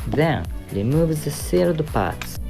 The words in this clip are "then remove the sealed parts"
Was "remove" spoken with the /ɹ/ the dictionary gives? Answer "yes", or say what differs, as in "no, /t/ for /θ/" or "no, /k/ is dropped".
no, /l/ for /ɹ/